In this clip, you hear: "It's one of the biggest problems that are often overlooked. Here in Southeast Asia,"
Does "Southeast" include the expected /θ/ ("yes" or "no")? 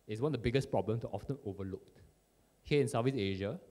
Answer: no